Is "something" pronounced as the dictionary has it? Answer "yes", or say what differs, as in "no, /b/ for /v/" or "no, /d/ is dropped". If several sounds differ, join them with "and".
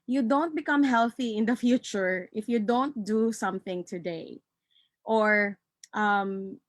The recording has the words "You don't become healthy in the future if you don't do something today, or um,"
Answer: yes